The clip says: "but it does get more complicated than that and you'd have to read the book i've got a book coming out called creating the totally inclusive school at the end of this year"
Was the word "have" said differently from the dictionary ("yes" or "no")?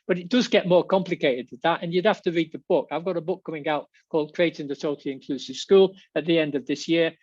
yes